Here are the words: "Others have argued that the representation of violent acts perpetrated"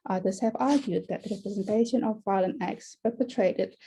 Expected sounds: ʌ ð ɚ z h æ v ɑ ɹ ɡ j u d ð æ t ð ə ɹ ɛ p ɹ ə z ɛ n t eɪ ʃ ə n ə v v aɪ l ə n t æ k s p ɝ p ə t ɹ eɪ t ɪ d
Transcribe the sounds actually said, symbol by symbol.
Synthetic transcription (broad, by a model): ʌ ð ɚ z h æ v ɑ ɹ ɡ j u d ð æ t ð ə ɹ ɛ p ɹ ə z ɛ n t eɪ ʃ ə n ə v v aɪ l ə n æ k s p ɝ p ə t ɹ eɪ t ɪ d